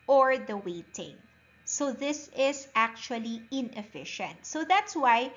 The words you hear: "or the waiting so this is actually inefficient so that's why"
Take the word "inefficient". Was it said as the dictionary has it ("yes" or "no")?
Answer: yes